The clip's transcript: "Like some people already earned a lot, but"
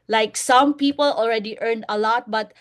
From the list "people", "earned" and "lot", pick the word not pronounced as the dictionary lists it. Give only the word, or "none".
none